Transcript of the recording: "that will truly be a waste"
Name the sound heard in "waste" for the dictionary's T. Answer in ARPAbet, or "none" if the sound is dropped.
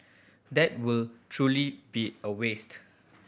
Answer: T